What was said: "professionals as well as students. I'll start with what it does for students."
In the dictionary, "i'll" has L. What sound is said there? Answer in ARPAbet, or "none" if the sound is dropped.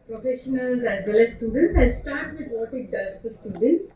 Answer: N